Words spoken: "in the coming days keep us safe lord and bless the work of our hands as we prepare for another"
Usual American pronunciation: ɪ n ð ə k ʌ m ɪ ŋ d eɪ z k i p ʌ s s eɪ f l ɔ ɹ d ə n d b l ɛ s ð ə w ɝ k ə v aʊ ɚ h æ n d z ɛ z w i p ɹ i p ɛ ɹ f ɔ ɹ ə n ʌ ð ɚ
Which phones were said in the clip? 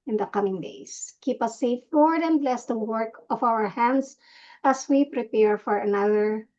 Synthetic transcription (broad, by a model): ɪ n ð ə k ʌ m ɪ ŋ d eɪ s k i p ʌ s s eɪ f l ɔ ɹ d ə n b l ɛ s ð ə w ɝ k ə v aʊ ɚ h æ n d s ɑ s w i p ɹ i p ɛ ɹ f ɔ ɹ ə n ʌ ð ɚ